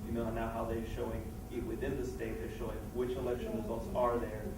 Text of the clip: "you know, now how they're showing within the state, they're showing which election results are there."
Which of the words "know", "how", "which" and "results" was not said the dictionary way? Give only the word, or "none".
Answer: none